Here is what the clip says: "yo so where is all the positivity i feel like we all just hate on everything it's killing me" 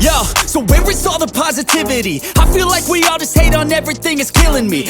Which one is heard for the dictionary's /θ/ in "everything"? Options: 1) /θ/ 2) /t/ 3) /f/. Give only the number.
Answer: 1